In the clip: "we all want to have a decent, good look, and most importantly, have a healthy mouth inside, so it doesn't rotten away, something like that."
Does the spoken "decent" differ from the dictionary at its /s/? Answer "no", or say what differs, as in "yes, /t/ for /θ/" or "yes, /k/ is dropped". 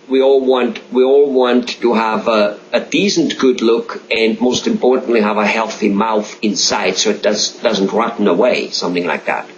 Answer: yes, /θ/ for /s/